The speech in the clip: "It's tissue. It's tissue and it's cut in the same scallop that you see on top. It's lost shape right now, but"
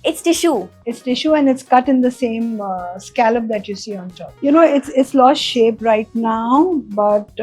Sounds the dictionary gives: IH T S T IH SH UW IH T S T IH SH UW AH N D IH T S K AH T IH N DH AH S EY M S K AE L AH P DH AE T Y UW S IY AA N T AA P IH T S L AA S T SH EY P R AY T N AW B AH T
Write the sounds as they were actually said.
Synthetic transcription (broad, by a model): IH T S T IH SH UW IH T S T IH SH UW AH N D IH T S K AH T IH N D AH S EY M S K AE L AH P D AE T Y UW S IY AA N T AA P IH T S L AA S T SH EY P R AY T N AW B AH T